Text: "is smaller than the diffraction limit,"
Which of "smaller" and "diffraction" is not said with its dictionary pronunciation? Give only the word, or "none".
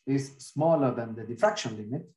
diffraction